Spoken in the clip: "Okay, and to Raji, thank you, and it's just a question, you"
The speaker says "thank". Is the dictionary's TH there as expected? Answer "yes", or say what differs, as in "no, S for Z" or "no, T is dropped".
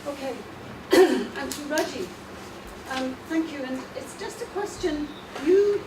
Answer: yes